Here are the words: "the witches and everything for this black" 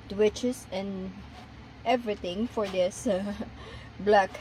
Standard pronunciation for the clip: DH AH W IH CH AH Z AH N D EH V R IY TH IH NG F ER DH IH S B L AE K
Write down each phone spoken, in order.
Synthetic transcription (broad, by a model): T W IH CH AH S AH N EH V R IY T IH NG F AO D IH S B L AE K